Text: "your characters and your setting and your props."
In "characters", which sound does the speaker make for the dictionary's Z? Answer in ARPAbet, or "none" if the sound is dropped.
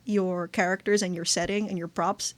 Z